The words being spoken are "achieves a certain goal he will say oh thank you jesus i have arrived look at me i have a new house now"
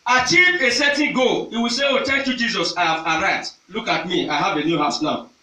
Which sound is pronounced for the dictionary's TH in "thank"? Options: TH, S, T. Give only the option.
T